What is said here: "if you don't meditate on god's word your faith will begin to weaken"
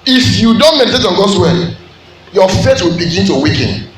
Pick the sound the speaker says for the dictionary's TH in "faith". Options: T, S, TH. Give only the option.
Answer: T